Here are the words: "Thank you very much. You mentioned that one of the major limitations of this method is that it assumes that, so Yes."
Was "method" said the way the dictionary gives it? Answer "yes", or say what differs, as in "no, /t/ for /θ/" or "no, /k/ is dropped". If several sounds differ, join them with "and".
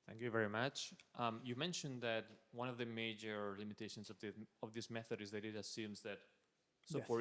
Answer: yes